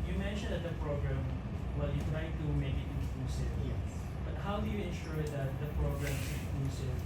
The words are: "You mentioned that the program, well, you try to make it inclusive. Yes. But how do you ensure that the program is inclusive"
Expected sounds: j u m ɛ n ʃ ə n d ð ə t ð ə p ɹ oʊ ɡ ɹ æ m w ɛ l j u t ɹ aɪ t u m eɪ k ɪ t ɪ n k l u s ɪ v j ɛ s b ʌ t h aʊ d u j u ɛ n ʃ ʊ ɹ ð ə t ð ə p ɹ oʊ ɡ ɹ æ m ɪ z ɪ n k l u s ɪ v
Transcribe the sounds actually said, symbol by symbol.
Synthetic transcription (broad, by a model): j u m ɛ n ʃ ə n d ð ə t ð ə p ɹ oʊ ɡ ɹ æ m w ɛ l j u t ɹ aɪ t u m eɪ k ɪ t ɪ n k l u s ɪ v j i b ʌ t h aʊ d u j u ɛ n ʃ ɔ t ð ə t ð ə p ɹ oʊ ɡ ɹ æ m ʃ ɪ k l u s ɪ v